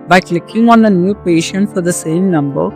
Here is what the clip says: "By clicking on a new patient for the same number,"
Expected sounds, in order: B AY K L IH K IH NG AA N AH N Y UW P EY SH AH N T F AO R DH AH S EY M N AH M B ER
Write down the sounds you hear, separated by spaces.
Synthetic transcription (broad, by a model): B AY K L IH K IH NG AA N AH N Y UW P EY SH AH N T F AO R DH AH S EY M N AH M B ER